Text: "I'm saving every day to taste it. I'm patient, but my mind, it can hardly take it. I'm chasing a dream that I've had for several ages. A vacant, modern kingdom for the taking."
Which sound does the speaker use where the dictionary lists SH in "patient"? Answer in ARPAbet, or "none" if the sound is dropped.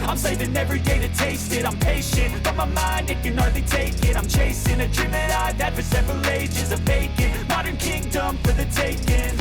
SH